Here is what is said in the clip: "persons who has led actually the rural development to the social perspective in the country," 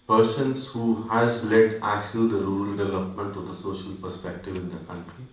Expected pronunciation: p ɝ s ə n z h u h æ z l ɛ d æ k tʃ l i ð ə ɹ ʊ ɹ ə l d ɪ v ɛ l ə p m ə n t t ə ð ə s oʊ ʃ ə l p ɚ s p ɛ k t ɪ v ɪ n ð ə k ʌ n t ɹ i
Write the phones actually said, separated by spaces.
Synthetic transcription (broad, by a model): p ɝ s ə n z h u h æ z l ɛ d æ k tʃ i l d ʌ ɹ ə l d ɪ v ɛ l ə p m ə n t t ə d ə s oʊ ʃ ə l p ɚ s p ɛ k t ɪ v ɪ n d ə k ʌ n t ɹ i